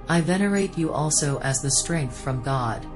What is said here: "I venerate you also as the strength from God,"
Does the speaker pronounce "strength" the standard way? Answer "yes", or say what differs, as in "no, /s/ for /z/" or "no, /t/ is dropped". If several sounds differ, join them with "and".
yes